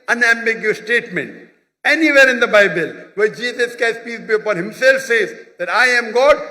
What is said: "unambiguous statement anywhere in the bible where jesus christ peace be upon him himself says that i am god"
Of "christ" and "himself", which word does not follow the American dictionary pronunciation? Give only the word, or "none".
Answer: christ